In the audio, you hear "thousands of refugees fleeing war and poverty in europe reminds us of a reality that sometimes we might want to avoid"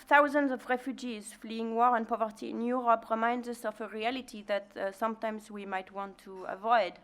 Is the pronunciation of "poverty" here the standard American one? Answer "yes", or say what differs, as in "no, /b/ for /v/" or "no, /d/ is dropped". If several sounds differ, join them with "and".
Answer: yes